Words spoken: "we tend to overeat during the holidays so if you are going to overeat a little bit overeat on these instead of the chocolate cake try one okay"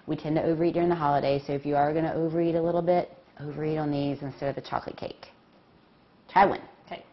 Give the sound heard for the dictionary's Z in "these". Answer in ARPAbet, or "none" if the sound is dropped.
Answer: Z